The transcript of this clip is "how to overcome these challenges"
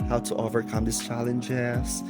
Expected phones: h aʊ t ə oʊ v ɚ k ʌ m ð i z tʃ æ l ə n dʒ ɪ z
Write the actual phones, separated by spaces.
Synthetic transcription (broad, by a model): h aʊ t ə oʊ v ɚ k ʌ m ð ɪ s tʃ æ l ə n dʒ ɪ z